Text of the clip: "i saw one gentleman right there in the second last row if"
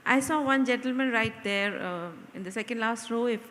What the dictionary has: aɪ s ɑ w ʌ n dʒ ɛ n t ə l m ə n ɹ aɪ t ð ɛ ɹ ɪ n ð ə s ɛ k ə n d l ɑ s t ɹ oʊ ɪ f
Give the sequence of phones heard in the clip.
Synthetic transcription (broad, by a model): aɪ s ɑ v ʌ n dʒ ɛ n t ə l m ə n ɹ aɪ t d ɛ ɹ ɪ n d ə s ɛ k ə n d l ɑ s t ɹ oʊ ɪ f